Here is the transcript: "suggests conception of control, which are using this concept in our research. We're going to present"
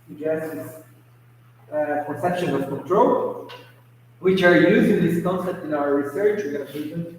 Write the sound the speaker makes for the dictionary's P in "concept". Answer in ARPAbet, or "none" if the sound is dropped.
P